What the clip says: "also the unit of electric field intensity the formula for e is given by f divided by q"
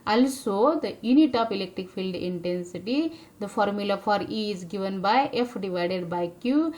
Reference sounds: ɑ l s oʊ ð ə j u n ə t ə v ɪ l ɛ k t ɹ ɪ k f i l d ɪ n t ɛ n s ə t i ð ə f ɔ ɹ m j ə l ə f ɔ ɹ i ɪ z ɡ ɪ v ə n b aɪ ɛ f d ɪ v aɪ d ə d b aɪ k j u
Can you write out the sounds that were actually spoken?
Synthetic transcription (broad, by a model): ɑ l s oʊ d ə j u n ə t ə p ɪ l ɛ k t ɹ ɪ k f i l d ɪ n t ɛ n s ə t i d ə f ɔ ɹ m j ə l ə f ɔ ɹ i ɪ z ɡ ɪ v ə n b aɪ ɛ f d ɪ v aɪ d ə d b aɪ k j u